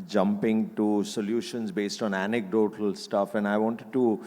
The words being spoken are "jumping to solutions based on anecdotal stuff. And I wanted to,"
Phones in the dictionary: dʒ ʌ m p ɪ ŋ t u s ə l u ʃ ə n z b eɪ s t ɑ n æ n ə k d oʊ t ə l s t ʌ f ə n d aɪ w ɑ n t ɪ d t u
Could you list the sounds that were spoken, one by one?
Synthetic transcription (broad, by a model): dʒ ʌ m p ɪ ŋ t u s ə l u ʃ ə n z b eɪ s t ɑ n æ n ə k d oʊ t ə l s t ʌ f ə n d aɪ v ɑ n t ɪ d t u